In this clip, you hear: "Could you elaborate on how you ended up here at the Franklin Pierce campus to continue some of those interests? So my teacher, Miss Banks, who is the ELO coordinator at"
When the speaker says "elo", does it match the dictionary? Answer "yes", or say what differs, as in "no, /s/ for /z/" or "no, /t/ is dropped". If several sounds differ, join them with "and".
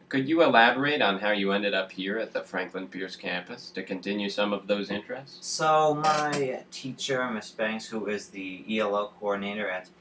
yes